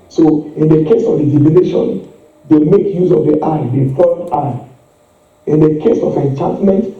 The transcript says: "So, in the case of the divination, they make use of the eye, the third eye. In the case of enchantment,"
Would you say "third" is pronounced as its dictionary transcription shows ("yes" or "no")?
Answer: no